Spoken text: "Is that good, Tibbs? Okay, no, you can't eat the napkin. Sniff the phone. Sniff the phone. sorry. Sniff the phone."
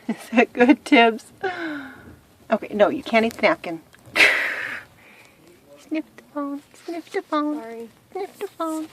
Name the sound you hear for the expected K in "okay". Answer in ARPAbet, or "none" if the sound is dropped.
K